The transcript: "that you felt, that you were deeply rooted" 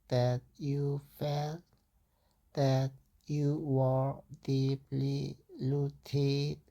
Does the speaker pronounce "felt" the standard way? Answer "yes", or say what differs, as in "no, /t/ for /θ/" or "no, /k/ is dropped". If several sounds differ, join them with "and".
yes